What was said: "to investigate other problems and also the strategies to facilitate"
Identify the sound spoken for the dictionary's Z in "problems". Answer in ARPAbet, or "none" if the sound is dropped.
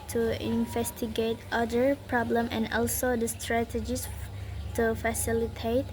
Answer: none